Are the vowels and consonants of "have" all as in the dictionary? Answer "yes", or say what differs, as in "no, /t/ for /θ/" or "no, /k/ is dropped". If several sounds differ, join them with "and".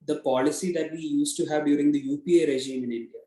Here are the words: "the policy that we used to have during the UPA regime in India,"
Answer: yes